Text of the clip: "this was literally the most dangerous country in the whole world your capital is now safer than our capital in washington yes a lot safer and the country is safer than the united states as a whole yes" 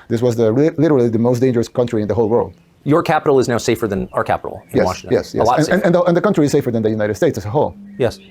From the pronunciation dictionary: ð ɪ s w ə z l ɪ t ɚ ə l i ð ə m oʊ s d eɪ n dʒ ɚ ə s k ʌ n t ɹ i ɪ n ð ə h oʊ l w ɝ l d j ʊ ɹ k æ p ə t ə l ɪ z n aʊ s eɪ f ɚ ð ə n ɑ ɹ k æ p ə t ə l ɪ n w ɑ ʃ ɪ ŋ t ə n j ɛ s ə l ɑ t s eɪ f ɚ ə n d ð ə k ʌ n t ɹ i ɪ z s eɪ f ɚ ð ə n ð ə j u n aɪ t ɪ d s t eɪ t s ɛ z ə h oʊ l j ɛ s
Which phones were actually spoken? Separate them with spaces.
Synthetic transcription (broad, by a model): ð ɪ s w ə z l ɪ t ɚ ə l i ð ə m oʊ s d eɪ n dʒ ɚ ə s k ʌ n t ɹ i ɪ n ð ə h oʊ l w ɝ l d j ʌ ɹ k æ p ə t l ɪ z n aʊ s eɪ f ɚ ð ə n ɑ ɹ k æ p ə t l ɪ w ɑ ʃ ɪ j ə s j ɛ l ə n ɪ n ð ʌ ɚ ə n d ð ə k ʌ n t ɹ i ɪ z s eɪ f ɚ ð ə n ð ə j u n aɪ t ɪ d s t eɪ t s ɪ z ə h oʊ l j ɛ s